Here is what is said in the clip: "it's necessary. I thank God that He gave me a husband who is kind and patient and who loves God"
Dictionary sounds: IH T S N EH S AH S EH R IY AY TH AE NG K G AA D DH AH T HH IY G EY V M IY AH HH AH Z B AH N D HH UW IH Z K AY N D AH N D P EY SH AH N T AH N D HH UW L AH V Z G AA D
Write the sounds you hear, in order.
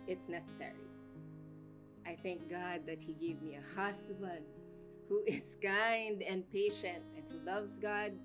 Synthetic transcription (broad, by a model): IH T S N EH S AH S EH R IY AY TH AE NG K G AA D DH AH T HH IY G EY V M IY AH HH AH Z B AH N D HH UW IH Z K AY N D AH N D P EY SH AH N T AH N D HH UW L AH V Z G AA D